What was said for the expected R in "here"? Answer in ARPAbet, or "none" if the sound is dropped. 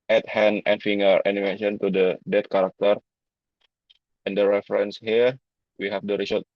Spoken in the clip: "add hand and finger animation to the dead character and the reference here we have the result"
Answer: R